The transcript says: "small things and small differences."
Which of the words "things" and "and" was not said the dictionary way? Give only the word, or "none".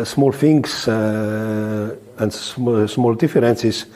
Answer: things